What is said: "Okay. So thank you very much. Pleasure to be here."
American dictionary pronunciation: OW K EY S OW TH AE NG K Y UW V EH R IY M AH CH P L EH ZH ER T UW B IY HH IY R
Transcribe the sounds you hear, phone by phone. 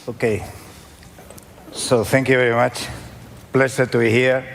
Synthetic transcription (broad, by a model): OW K EY S OW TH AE NG K Y UW V EH R IY M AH CH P L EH S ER T UW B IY HH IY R